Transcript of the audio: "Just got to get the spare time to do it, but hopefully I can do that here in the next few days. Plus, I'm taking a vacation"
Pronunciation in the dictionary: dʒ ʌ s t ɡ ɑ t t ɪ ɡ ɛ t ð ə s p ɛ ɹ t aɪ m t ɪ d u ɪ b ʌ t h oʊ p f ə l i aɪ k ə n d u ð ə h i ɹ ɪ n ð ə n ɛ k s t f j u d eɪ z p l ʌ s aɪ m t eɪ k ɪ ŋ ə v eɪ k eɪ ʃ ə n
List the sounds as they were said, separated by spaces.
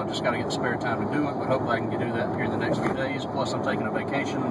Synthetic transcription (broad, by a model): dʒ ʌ s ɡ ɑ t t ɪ ɡ ɛ t ð ə s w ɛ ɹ t aɪ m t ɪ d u ɪ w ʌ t h oʊ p ə i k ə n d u ð ə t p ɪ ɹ ð ə n ɛ k s t f j u d eɪ z p l ʌ s aɪ m t eɪ k ɪ ŋ ə v eɪ k eɪ ʃ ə n